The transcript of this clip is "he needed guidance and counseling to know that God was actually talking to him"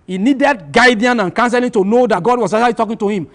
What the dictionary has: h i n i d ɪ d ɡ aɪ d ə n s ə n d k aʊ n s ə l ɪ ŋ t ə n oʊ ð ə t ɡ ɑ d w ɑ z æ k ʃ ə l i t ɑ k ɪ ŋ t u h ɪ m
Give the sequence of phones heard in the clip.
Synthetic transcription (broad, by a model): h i n i d ɪ d ɡ aɪ d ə n ə n k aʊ n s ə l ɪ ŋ t ə n oʊ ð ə t ɡ ɑ d w ɑ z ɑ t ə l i t ɑ k ɪ ŋ t u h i m